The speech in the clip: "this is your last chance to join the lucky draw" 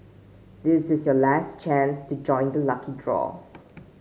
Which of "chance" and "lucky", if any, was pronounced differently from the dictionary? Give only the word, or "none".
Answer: none